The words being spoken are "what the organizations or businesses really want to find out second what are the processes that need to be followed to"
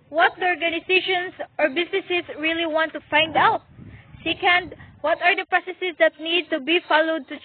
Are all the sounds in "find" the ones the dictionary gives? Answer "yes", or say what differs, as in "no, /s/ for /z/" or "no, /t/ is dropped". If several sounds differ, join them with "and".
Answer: yes